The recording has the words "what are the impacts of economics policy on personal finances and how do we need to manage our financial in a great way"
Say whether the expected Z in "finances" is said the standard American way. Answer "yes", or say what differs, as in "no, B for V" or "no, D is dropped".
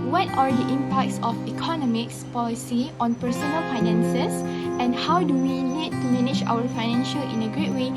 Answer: no, S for Z